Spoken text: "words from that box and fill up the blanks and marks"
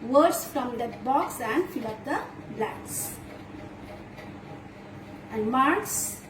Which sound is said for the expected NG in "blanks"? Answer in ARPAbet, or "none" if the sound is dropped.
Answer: none